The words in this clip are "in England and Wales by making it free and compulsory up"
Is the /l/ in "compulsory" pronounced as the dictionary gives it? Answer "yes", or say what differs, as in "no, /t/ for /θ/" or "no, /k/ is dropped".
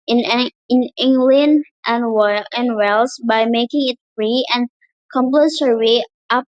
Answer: no, /l/ is dropped